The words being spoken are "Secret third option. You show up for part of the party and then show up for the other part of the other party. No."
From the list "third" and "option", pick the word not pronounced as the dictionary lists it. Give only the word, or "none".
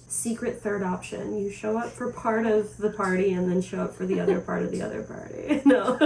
none